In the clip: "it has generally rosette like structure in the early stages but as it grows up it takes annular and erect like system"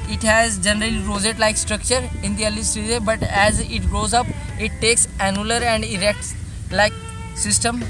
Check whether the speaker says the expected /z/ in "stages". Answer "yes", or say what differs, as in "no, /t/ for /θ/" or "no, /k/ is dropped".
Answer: no, /z/ is dropped